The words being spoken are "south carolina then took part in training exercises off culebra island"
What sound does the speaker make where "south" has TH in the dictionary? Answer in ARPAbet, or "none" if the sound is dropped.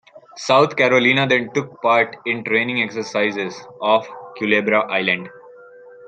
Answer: T